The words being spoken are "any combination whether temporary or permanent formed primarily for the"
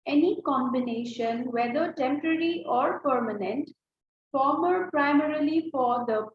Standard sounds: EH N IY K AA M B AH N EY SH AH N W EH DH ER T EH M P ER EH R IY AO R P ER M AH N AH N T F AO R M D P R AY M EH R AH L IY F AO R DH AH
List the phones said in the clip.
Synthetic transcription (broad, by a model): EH N IY K AA M B AH N EY SH AH N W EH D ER T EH M P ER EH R IY AO R P ER M AH N AH N T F AO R M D P R AY M EH R AH L IY F AO R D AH